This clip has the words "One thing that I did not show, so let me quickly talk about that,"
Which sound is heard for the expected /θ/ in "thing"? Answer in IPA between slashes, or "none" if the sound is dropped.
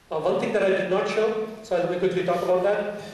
/t/